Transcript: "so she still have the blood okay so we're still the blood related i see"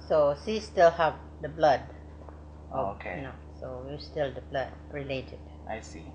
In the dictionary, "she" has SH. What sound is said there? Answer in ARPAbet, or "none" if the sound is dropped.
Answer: S